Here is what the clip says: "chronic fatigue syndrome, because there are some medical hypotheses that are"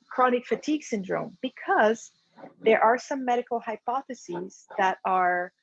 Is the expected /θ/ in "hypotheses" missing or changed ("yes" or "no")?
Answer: no